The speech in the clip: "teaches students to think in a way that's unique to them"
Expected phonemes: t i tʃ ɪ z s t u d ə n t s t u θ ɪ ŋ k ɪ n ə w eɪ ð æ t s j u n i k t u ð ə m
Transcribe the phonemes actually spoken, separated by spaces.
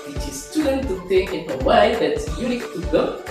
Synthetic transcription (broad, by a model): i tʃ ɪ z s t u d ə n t t u t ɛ k ɪ n ə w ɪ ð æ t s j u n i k t u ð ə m